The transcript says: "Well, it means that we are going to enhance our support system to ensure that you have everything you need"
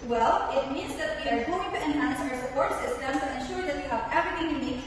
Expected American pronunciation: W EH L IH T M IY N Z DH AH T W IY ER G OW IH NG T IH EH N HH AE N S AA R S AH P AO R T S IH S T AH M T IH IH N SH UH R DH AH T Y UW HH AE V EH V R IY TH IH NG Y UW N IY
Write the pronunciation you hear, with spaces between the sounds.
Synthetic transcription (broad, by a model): W EH L IH T M IY N Z DH AH T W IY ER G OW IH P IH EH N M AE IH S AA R S AH P AO R T S IH S T AH M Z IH IH N SH UH R DH AH T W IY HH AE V EH V R IY TH IH NG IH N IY